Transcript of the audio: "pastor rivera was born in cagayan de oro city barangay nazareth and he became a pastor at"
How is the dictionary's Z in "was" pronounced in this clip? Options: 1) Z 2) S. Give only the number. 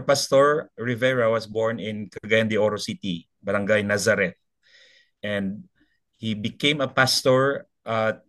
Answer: 2